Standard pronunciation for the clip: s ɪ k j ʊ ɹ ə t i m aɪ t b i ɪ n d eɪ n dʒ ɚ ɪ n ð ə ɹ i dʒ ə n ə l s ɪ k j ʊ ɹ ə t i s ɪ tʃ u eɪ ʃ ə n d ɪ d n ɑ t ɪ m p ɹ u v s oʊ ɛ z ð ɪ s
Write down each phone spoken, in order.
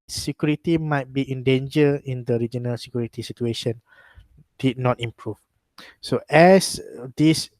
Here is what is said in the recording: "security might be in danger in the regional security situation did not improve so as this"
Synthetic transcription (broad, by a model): s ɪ k j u ɹ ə t i m aɪ t b i ɪ n d eɪ n dʒ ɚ ɪ n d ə ɹ i dʒ ə n ə l s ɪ k j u ɹ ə t i s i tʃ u eɪ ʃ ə n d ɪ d n ɑ t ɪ m p ɹ u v s oʊ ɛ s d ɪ s